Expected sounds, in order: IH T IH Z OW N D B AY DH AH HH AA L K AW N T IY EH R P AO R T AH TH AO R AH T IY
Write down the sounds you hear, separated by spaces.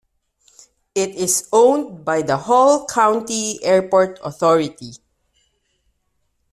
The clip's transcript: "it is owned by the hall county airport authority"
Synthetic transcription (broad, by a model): IH T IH S OW N D B AY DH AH HH AA L K AW N T IY EH R P AO R T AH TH AO R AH T IY